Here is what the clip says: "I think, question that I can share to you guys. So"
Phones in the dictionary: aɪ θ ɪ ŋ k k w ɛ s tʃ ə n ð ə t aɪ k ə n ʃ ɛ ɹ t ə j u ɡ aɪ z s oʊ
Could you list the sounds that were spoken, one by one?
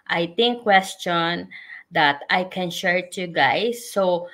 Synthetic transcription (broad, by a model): aɪ t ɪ ŋ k k w ɛ s tʃ ə n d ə t aɪ k ə n ʃ ɛ ɹ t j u ɡ aɪ s oʊ